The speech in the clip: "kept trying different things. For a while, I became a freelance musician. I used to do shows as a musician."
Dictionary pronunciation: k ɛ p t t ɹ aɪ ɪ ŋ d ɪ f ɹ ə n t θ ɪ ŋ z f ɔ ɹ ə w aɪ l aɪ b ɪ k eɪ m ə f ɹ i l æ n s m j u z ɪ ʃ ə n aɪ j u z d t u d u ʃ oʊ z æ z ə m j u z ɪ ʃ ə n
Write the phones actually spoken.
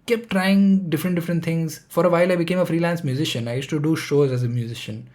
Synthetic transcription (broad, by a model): k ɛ p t t ɹ aɪ ɪ ŋ d ɪ f ɹ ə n t t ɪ ŋ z f ɔ ɹ ə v aɪ l aɪ b ɪ k eɪ m ə f ɹ i l æ n s m j u z ɪ ʃ ə n aɪ j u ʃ t u d u ʃ oʊ z æ z ə m j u z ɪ ʃ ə n